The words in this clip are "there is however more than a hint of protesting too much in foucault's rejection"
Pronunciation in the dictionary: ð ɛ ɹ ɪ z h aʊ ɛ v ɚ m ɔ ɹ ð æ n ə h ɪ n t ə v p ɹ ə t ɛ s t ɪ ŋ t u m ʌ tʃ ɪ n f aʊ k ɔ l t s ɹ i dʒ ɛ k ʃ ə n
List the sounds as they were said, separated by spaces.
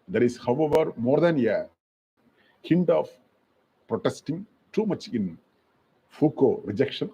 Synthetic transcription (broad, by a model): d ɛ ɹ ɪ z h aʊ ɛ v ɚ m ɔ ɹ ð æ n ə h ɪ n t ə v p ɹ ə t ɛ s t ɪ ŋ t u m ʌ tʃ ɪ n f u k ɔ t ɹ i dʒ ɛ k ʃ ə n